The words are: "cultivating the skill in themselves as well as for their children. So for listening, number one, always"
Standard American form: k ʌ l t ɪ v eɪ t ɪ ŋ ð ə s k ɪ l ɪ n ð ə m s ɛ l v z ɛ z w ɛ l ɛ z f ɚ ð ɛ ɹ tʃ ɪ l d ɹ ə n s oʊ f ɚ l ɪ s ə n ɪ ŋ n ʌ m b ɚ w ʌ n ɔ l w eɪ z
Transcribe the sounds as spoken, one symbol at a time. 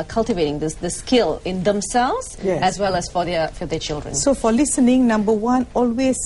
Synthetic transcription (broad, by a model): k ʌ l t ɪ v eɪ t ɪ ŋ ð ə s k ɪ l ɪ n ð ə m s ɛ l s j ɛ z w ɛ l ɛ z f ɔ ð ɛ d tʃ ɪ l d ɹ ə n s oʊ f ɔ l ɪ s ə n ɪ ŋ n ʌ m b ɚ w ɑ n ɔ l w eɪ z